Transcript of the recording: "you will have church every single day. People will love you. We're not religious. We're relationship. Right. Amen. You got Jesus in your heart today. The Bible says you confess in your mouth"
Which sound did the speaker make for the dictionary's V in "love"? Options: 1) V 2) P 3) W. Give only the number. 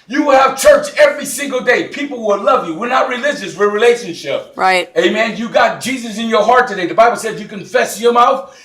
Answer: 1